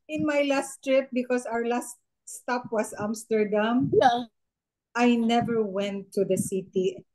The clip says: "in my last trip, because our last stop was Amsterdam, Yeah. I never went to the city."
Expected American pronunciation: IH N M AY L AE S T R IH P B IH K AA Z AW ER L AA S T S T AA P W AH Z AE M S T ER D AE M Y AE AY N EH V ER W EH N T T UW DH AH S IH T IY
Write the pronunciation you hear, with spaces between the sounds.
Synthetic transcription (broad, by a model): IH N M AY L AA S T R IH P B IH K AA S AW ER L AA S T S T AA P W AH S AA M S T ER D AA M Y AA AY N EH V ER W EH N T T UW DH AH S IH T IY